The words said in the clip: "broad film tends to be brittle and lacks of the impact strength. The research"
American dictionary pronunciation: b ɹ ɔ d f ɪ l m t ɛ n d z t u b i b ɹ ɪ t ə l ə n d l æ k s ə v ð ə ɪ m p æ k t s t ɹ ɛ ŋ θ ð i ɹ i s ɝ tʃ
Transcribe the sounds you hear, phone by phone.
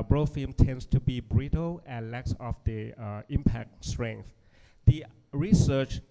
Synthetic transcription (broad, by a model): b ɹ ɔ f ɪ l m t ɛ n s t u b i b ɹ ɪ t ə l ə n l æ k s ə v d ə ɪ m p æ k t s t ɹ ɛ ŋ θ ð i ɹ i s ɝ tʃ